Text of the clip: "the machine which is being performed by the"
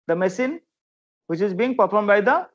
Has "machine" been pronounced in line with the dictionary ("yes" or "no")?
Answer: no